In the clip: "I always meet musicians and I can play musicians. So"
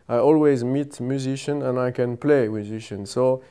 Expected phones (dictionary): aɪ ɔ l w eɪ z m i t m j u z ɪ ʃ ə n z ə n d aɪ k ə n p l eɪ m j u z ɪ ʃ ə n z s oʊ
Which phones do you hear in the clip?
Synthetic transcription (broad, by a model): aɪ ɔ l w eɪ z m i t m j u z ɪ ʃ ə n ə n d aɪ k ə n p l eɪ m j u z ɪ ʃ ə n s oʊ